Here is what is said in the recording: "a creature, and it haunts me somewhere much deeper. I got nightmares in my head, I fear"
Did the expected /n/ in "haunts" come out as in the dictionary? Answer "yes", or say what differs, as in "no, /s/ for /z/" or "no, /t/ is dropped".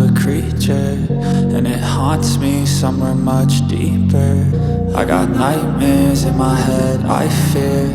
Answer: yes